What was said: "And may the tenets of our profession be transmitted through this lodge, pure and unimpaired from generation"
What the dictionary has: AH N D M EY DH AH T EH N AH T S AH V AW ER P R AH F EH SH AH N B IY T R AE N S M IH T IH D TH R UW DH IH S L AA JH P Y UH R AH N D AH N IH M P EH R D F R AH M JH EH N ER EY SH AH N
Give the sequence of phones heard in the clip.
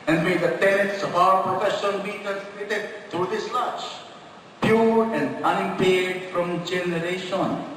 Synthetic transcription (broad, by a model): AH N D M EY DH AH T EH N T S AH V AW ER P R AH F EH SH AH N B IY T AE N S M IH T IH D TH R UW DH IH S L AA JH P Y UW R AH N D AH N IH M P EH R D F R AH M JH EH N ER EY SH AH N